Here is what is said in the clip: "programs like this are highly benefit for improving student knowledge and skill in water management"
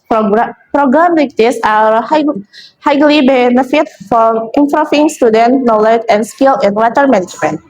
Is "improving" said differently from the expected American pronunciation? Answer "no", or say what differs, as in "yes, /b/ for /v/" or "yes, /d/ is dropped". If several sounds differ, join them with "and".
yes, /f/ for /v/